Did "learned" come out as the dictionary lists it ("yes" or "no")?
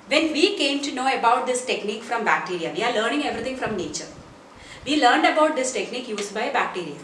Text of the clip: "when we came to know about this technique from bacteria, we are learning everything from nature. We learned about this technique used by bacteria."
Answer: yes